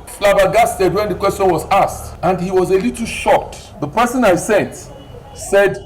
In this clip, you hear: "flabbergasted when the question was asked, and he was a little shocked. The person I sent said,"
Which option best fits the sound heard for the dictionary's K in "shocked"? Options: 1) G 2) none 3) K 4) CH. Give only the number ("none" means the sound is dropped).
2